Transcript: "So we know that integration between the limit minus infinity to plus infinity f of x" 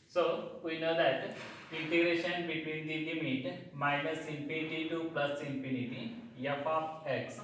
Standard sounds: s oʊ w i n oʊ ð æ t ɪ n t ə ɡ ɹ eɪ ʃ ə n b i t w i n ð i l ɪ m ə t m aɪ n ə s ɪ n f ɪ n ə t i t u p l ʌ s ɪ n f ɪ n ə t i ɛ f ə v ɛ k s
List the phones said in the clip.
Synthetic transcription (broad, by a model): s oʊ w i n oʊ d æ t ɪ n t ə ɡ ɹ eɪ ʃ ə n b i t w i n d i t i m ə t m aɪ n ə s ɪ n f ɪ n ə t i t u p l ʌ s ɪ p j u n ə t i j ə p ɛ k s